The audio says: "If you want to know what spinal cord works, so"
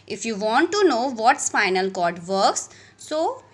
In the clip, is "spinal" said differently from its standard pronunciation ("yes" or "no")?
yes